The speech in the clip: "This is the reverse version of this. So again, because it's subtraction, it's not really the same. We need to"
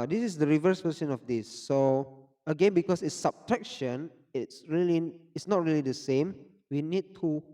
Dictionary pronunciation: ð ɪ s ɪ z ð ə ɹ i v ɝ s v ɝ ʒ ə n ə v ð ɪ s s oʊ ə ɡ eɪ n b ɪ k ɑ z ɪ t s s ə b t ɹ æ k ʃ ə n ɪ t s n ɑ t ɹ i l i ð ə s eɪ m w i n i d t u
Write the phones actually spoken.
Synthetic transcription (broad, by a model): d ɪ s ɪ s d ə ɹ i v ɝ s p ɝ s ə n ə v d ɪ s s oʊ ə ɡ eɪ n b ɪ k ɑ s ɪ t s s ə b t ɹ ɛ k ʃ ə n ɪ t s n ɑ t ɹ i l i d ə s eɪ m w i n i d t u